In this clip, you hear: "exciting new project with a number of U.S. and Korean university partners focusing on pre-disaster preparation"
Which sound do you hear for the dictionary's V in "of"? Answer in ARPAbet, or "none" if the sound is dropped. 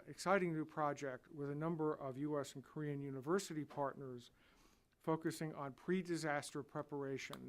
V